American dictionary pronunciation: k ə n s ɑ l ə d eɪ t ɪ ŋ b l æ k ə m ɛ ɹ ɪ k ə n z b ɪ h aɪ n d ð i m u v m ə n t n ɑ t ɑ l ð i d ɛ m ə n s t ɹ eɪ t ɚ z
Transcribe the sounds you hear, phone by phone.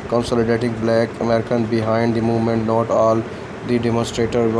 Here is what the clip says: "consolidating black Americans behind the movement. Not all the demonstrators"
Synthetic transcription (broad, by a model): k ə n s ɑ l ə d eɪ t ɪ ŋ b l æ k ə m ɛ ɹ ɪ k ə n b ɪ h aɪ n d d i m u v m ə n t n ɑ t ɑ l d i d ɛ m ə n s t ɹ eɪ t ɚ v